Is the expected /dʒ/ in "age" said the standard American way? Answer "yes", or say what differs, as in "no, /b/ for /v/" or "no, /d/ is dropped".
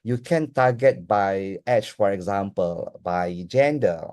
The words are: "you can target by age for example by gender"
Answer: no, /tʃ/ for /dʒ/